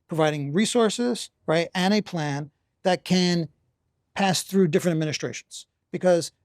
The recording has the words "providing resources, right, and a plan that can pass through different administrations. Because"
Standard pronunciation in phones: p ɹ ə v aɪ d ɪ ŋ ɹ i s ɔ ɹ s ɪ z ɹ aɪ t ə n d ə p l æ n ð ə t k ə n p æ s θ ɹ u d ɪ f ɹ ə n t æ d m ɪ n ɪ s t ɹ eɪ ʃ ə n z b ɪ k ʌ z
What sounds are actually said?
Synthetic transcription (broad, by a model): p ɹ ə v aɪ d ɪ ŋ ɹ i s ɔ ɹ s ɪ z ɹ aɪ t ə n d ə p l æ n ð ə t k ə n p æ s θ ɹ u d ɪ f ɹ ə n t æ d m ɪ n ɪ s t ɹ eɪ ʃ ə n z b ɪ k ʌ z